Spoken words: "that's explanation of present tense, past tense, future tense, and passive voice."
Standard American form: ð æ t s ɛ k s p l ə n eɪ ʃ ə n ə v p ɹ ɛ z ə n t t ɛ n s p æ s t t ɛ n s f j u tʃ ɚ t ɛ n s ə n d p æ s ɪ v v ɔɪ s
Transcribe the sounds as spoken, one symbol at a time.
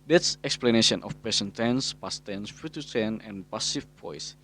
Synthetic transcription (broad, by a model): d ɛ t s ɛ k s p l ə n eɪ ʃ ə n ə f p ɛ s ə n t t ɛ n s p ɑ s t t ɛ n s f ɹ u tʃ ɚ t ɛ n ə n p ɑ s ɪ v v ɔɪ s